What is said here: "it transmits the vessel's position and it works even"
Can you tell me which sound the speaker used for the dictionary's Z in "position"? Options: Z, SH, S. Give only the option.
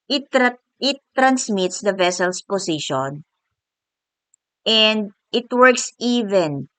S